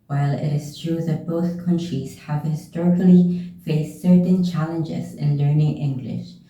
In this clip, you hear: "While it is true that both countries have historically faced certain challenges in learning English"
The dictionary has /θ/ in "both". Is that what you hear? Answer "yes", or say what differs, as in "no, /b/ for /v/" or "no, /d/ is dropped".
yes